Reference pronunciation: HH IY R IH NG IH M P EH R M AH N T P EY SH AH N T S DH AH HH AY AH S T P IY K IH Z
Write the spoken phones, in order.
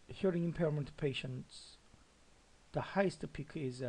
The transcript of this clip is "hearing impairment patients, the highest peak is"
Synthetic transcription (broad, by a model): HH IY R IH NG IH M P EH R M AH N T P EY SH AH N T S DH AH HH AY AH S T P IY K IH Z